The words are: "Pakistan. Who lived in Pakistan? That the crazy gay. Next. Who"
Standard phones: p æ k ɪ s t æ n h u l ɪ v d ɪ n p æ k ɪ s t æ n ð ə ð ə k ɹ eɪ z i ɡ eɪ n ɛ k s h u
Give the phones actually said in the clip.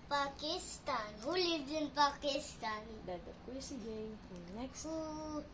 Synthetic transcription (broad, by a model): p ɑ k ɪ s t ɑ n h u l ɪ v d ɪ n p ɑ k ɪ s t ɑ n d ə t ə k eɪ s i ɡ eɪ n ɛ k s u